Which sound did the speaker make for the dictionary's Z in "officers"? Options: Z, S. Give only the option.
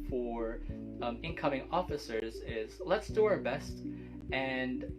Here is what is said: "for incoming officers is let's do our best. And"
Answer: Z